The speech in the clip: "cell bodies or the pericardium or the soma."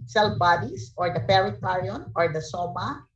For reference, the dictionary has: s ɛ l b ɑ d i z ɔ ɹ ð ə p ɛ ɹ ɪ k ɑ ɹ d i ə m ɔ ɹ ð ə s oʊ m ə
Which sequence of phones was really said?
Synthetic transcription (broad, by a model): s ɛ l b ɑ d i s ɔ ɹ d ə p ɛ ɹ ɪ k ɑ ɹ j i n ɔ ɹ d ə s oʊ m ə